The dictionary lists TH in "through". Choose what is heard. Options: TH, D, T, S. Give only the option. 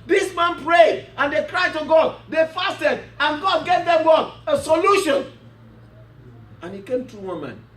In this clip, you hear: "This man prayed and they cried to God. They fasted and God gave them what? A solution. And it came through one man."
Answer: T